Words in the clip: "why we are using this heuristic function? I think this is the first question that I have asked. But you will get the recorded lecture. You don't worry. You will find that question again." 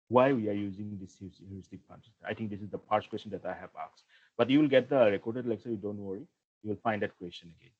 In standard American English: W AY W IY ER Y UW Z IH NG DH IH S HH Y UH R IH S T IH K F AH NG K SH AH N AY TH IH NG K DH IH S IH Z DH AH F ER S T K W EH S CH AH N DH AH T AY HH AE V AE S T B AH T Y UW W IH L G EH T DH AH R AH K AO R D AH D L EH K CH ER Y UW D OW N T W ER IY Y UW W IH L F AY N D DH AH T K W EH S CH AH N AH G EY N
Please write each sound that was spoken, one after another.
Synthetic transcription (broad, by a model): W AY W IY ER Y UW Z IH NG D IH S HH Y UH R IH S T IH K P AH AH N AY T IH NG K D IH S IH Z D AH P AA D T K W EH S CH AH N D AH T AY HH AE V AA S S B AH T Y UW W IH L G EH T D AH R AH K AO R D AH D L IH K S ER Y UW D OW N T W ER IY Y UW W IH L F AY N D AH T K W EH S CH AH N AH G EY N